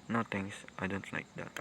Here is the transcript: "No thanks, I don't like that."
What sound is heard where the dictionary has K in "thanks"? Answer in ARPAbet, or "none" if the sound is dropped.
none